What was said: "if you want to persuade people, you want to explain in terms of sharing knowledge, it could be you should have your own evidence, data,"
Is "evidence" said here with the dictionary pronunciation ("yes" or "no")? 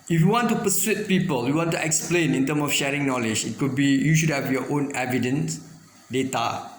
yes